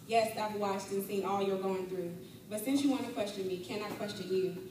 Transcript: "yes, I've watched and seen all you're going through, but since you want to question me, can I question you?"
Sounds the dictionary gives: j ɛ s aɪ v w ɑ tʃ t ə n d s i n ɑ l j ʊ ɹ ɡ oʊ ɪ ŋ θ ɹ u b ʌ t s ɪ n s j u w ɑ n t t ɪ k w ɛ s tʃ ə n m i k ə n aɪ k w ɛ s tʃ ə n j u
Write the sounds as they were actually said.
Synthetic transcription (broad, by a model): j ɛ s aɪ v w ɑ s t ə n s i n ɑ l j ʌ ɹ ɡ oʊ ɪ ŋ θ ɹ u b ʌ t s ɪ n s j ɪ w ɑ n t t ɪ k w ɛ s tʃ ə n m i k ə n aɪ k w ɛ s tʃ ə n j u